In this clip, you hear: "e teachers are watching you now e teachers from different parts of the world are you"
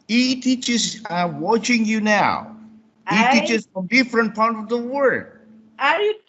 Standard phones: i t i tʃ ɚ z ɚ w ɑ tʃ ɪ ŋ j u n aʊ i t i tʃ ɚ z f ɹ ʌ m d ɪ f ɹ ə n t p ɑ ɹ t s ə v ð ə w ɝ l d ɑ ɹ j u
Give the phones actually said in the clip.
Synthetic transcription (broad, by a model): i t i tʃ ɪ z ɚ w ɑ tʃ ɪ ŋ j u n aʊ i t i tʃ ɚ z f ɹ ʌ m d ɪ f ɹ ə n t p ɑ ɹ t ə v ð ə w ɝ d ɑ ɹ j